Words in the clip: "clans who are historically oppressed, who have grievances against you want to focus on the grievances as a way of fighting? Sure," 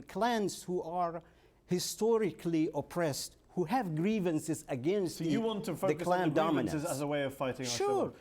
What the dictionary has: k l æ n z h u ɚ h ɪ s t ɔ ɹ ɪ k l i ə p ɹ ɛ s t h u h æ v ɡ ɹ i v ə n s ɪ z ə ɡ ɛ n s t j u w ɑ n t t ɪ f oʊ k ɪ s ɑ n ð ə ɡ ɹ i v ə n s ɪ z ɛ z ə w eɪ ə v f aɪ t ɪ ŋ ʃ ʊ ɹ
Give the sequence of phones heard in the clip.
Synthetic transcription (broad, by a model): k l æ n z h u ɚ h ɪ s t ɔ ɹ ɪ k l i ə p ɹ ɛ s t h u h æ v ɡ ɹ i v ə n s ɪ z ə ɡ ɛ n s t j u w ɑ n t t ɪ f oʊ ɪ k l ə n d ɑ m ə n ɪ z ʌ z ə w eɪ ə v f aɪ t ɪ ŋ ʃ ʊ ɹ